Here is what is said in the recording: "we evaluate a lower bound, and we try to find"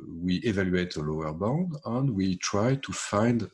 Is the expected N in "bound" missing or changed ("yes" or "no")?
no